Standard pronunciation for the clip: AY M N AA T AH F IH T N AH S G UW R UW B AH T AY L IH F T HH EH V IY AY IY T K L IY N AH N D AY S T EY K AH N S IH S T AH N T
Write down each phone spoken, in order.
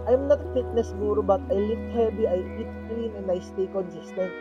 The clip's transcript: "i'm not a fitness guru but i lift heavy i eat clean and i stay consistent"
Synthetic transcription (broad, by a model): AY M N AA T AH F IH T N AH S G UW R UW B AH T AY L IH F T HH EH B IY AY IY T K L IY N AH N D AY S T EY K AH N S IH S T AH N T